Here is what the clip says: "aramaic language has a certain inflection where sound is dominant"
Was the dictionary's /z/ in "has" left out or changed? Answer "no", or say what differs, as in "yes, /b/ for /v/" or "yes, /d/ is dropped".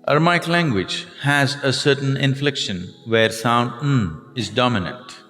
no